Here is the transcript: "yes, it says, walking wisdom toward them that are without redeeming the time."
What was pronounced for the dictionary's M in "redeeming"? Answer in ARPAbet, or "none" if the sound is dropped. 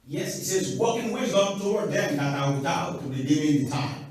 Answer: none